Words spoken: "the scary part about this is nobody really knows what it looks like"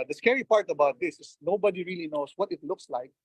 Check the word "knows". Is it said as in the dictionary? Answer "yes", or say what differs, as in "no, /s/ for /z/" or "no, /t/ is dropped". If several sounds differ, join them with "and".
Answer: no, /s/ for /z/